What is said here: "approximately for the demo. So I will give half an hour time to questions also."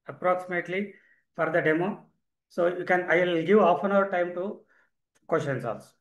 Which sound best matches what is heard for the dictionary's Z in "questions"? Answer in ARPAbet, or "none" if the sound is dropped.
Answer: S